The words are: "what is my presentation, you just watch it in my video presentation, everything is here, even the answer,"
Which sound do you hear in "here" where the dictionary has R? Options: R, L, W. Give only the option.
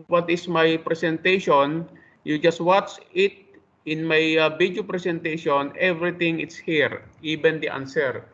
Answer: R